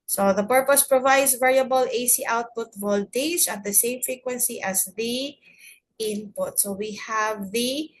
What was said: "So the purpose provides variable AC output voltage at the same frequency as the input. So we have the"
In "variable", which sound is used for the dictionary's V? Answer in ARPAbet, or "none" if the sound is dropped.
V